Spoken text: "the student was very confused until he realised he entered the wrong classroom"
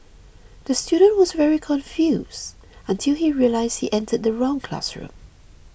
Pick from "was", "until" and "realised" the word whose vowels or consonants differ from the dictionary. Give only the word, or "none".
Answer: none